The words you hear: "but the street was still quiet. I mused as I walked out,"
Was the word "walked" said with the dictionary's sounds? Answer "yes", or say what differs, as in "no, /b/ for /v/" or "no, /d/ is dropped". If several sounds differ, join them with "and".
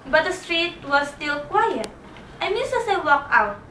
no, /t/ is dropped